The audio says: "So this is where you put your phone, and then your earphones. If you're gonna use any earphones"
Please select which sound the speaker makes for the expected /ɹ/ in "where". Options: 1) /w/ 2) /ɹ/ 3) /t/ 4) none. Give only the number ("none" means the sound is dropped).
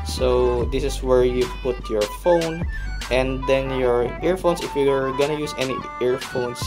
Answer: 2